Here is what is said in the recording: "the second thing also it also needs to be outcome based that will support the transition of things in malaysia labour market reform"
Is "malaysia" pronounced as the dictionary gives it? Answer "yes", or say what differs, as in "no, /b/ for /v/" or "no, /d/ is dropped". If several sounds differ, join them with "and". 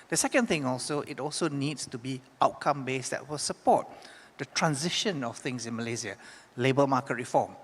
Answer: no, /z/ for /ʒ/